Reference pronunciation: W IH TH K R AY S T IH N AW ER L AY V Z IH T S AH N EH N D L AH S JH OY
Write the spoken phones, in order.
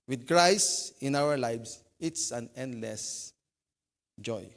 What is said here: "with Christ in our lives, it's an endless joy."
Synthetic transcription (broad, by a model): W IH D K R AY S IH N AW ER L AY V S IH T S AH N EH N D L AH S JH OY